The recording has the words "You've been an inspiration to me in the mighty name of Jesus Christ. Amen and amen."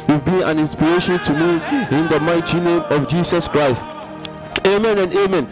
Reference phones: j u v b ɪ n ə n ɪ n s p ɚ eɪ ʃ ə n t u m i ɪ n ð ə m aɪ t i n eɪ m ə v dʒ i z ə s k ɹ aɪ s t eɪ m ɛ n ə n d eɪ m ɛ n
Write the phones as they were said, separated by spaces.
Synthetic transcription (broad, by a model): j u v b ɪ n ə n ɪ n s p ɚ eɪ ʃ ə n t u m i ɪ n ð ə m aɪ t i n eɪ m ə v dʒ i s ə s k ɹ aɪ s t eɪ m ɛ n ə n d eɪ m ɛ n